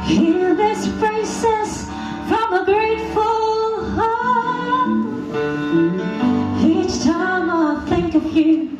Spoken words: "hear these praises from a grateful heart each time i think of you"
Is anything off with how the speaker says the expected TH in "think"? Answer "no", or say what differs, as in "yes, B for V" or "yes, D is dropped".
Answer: no